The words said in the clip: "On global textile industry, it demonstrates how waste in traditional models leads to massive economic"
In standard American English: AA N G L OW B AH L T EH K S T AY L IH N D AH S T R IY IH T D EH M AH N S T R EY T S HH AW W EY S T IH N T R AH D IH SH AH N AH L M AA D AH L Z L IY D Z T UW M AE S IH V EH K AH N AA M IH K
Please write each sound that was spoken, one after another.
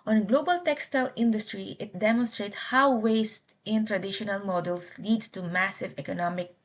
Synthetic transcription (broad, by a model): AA N G L OW B AH L T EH K S T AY L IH N D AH S T R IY IH T D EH M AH N S T R EY T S HH AW W EY S T IH N T R AH D IH SH AH N AH L M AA D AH L S L IY D S T UW M AE S IH V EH K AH N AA M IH K